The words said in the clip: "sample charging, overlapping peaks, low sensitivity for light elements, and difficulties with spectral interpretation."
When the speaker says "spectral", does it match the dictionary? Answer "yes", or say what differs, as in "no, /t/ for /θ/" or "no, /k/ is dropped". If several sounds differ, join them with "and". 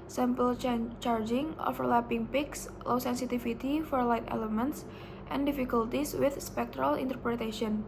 yes